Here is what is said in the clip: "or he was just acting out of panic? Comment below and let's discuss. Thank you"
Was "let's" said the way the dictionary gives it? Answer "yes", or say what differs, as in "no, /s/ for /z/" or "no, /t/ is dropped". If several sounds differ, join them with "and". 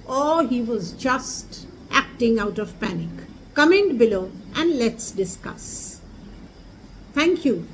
yes